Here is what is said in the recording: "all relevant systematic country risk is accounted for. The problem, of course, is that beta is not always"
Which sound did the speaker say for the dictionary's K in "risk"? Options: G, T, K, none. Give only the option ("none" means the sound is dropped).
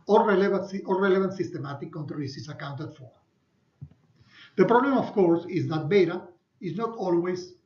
none